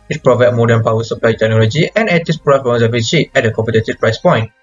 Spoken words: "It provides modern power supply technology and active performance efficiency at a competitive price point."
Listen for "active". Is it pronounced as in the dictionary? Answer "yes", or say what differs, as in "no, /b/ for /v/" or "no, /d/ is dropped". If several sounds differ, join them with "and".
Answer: no, /k/ is dropped